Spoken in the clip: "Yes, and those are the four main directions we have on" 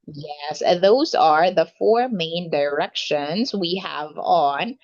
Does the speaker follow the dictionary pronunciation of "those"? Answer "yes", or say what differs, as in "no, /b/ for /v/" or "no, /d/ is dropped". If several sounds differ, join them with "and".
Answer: yes